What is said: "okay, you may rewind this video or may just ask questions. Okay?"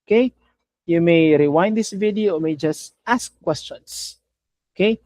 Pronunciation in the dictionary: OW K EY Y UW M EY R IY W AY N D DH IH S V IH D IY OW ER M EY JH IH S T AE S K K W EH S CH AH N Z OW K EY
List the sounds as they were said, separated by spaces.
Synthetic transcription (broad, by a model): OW K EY Y UW M EY R IY W AY N D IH S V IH D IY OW M EY JH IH S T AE S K K W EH S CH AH N S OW K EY